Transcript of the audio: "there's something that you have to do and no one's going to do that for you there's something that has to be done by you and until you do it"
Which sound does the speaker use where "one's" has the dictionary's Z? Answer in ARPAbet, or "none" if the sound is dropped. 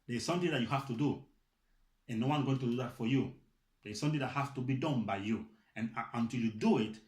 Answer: none